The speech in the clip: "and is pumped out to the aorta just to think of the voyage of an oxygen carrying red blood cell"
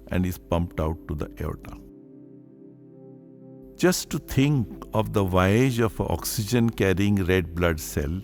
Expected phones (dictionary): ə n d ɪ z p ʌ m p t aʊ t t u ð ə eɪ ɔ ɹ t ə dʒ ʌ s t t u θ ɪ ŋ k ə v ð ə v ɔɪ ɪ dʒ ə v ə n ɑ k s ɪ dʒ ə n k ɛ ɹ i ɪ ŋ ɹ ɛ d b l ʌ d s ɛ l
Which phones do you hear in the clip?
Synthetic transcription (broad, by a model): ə n d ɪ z p ʌ m p t aʊ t t u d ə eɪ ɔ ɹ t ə dʒ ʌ s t t u t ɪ ŋ k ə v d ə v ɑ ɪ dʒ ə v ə ɑ k s ɪ dʒ ə n k ɛ ɹ i ɪ ŋ ɹ ɛ d b l ʌ d s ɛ l